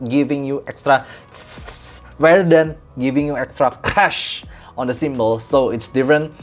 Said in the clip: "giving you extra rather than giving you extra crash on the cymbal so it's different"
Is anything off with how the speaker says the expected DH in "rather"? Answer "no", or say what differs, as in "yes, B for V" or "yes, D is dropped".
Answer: yes, DH is dropped